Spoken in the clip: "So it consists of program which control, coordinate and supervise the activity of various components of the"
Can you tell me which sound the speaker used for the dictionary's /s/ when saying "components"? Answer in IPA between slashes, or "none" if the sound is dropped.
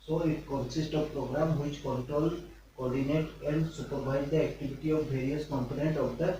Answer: none